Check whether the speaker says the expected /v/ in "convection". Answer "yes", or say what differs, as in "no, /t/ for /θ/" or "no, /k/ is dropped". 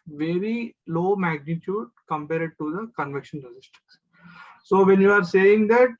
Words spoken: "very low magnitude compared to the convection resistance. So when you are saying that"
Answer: yes